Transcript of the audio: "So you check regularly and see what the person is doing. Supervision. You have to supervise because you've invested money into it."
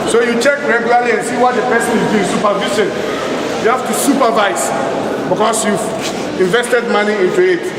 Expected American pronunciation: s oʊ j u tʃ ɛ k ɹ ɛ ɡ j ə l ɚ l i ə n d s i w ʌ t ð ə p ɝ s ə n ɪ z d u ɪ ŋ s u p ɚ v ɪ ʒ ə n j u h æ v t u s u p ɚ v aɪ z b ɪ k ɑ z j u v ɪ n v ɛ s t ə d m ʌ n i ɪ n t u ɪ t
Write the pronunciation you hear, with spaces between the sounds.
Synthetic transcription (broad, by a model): s oʊ j u tʃ ɛ k ɹ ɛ ɡ j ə l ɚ l i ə n s i w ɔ t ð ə p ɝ s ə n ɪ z d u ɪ s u p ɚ v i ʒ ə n j u h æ f t u s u p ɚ v aɪ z b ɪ k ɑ s j u v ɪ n v ɛ s t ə d m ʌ n i ɪ n t u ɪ t